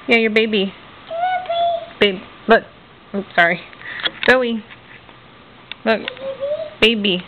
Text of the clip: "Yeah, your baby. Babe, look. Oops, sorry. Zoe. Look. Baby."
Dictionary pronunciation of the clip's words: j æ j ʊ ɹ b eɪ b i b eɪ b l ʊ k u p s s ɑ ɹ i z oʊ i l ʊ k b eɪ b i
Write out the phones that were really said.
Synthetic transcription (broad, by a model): j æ j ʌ ɹ b eɪ b i b eɪ b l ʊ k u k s s ɑ ɹ i s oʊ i l ʊ k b eɪ b i